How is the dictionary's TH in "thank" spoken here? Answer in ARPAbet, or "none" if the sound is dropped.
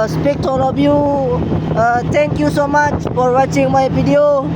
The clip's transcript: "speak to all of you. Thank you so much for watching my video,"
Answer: T